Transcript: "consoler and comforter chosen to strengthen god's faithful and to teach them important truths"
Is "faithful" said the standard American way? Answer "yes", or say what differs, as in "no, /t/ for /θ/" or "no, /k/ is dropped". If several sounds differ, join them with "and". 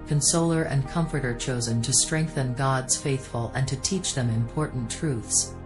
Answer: yes